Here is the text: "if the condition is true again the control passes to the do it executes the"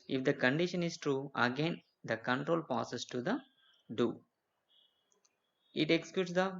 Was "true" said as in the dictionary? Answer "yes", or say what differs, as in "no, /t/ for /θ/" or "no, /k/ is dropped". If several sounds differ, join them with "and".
yes